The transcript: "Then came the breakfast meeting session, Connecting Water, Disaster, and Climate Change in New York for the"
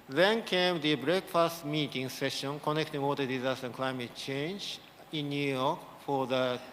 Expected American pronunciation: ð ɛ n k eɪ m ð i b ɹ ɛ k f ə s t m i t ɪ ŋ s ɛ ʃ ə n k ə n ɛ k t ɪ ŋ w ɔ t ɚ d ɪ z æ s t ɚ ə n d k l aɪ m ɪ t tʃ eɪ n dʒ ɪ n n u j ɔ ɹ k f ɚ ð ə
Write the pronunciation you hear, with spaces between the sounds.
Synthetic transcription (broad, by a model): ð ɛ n k eɪ m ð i b ɹ ɛ k f ə s t m i t ɪ ŋ s ɛ ʃ ə n k ə n ɛ k t ɪ ŋ w ɔ t ɚ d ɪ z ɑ s t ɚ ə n k l aɪ m ɪ t tʃ eɪ n dʒ ɪ n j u j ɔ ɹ k f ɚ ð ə